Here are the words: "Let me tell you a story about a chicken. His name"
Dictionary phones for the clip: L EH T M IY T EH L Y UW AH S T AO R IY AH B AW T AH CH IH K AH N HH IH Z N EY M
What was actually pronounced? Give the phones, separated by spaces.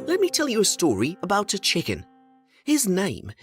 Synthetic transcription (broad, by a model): L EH T M IY T EH L Y AH S T AO R IY AH B AW T AH CH IH K AH N HH IH Z N EY M